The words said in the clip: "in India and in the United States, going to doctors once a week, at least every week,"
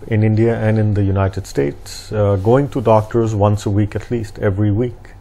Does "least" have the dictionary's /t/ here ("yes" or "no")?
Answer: yes